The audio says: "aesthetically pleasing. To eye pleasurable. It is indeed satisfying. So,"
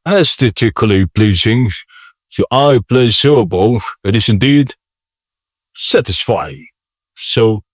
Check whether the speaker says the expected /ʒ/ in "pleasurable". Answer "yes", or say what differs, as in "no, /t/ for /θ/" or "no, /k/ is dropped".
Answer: no, /s/ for /ʒ/